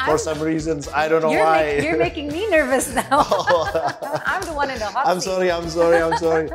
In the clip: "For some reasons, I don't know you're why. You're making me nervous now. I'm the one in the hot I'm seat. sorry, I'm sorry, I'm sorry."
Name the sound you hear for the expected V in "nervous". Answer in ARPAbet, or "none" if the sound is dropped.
V